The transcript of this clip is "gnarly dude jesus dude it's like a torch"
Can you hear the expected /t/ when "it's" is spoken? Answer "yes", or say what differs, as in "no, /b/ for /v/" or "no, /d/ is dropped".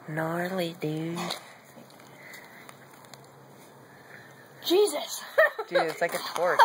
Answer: no, /s/ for /t/